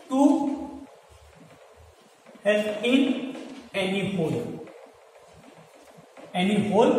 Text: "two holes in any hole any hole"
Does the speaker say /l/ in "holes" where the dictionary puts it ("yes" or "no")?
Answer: no